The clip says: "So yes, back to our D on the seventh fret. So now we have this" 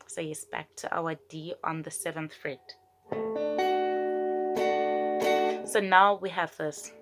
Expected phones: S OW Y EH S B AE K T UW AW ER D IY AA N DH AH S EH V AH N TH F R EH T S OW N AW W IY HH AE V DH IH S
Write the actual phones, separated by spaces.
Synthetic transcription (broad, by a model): S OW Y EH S B AE K T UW AW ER D IY AA N DH AH S EH V AH N TH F R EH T S OW N AW W IY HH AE V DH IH S